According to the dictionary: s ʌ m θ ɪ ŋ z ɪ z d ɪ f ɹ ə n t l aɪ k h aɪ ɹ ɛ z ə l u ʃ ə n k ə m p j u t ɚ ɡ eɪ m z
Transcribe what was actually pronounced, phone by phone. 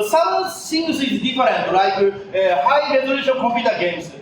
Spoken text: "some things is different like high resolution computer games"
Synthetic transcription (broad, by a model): s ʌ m s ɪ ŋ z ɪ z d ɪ f ɹ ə n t l aɪ k h aɪ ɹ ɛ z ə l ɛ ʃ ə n k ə m p j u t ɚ ɡ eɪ m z